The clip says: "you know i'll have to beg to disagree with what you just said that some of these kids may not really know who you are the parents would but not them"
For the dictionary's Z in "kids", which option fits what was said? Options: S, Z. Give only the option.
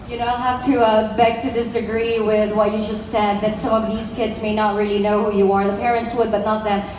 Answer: Z